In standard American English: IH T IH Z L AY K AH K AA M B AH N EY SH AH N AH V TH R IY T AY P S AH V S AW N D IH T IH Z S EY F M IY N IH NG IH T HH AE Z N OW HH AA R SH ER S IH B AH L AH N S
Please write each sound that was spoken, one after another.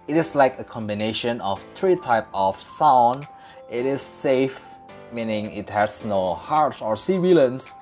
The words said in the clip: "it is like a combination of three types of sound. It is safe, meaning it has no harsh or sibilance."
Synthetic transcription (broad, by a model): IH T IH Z L AY K AH K AA M B AH N EY SH AH N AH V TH R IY T AY P AH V S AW N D IH T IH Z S EY F M IY N IH NG IH T HH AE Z N OW HH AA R S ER S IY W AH L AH N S